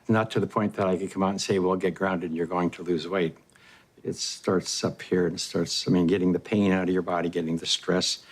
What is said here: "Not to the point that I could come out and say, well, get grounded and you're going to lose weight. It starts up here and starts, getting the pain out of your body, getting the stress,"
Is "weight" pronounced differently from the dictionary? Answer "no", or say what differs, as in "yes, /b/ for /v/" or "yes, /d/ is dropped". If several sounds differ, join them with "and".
no